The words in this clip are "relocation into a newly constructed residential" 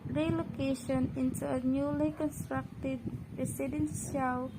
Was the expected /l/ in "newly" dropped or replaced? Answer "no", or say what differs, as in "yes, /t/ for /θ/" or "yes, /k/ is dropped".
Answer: no